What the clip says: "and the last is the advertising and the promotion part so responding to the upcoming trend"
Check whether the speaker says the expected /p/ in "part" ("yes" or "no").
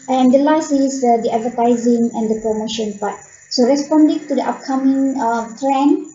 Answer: no